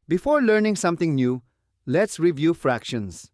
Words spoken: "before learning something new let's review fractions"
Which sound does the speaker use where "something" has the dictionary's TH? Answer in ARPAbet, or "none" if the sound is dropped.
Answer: T